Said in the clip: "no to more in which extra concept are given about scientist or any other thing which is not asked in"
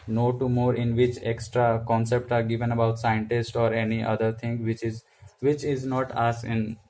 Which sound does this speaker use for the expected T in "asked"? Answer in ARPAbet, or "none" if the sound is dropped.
none